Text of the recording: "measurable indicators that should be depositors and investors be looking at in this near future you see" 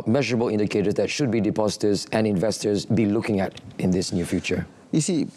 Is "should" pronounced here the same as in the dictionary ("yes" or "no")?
yes